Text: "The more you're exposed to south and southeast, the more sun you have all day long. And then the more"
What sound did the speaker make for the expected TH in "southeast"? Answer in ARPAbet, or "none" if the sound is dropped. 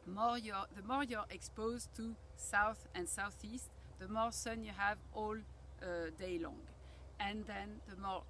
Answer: TH